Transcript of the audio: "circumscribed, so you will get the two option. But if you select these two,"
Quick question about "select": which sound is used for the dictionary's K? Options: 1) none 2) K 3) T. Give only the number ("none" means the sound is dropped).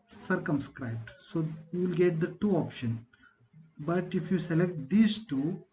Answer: 2